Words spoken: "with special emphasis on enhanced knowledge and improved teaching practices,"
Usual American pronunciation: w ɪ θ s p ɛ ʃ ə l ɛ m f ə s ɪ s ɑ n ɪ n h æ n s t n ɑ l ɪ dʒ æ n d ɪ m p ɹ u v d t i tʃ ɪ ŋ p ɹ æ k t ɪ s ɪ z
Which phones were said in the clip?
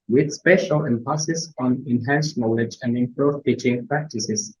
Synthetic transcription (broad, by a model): w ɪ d s p ɛ ʃ ə l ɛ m p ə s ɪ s ɑ n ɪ n h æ n s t n ɑ l ɪ dʒ æ n d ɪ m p ɹ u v t i tʃ ɪ ŋ p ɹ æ k t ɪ s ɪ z